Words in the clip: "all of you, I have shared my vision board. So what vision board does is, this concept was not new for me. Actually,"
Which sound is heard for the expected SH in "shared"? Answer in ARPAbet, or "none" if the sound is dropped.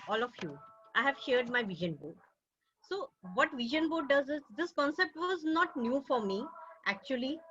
SH